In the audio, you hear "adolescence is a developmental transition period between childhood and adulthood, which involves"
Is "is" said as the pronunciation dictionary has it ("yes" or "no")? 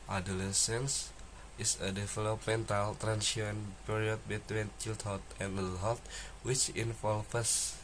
no